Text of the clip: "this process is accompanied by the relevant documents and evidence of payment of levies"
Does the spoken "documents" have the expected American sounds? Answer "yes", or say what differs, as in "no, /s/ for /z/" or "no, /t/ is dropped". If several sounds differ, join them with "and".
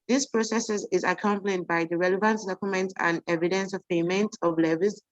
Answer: no, /s/ is dropped